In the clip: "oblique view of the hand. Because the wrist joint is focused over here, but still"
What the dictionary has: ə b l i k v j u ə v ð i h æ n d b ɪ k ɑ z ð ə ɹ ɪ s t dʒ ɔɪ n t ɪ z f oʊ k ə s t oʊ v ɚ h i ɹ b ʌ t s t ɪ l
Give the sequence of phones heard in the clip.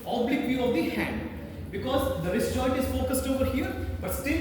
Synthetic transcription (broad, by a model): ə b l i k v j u ə v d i h æ n d b ɪ k ɑ z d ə ɹ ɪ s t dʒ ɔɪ t ɪ z f oʊ k ə s t oʊ v ɚ h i ɹ b ʌ t s t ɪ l